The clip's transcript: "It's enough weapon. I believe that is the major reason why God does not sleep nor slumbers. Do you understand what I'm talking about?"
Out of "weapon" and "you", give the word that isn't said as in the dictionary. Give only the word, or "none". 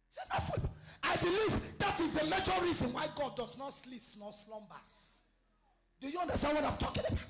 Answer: weapon